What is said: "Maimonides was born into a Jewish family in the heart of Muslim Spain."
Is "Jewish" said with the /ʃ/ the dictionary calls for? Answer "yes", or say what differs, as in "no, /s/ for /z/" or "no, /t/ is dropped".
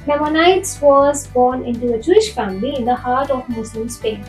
yes